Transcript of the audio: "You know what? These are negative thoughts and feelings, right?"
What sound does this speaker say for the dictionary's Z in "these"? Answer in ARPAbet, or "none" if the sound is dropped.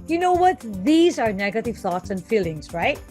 Z